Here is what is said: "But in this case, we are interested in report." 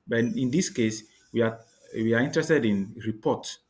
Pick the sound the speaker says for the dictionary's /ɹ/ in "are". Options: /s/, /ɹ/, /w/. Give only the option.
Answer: /w/